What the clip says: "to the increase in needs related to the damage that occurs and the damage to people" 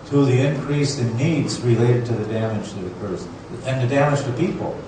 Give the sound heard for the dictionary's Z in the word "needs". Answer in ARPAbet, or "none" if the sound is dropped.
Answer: Z